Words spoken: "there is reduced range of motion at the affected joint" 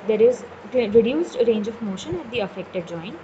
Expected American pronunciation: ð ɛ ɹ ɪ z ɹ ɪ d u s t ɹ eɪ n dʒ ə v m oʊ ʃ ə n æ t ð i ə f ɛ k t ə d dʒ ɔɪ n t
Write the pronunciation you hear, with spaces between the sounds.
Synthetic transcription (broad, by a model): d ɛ ɹ ɪ z ɹ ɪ d u s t ɹ eɪ n dʒ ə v m oʊ ʃ ə n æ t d i ə f ɛ k t ə d dʒ ɔɪ n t